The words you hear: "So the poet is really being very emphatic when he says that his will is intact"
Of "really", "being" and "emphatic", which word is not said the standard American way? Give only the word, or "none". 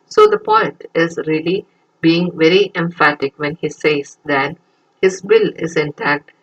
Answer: none